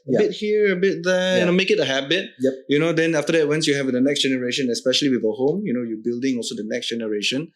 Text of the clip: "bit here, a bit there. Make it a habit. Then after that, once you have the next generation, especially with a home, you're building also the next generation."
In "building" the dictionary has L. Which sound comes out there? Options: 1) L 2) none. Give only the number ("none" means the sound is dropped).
1